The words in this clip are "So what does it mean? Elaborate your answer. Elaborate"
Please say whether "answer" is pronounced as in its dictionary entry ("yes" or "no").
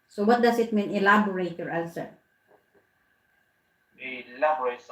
no